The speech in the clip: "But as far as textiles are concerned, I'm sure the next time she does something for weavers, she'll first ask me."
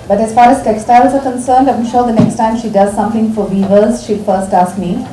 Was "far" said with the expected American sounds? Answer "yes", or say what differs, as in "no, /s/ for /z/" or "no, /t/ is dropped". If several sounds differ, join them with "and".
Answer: yes